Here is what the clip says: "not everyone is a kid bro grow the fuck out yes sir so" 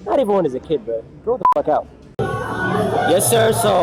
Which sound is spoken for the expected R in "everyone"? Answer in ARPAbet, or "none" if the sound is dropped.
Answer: none